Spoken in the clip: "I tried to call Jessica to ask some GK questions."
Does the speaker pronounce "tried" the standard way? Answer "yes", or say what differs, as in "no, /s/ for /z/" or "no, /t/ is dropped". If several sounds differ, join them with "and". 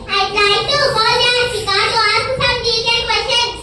no, /l/ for /ɹ/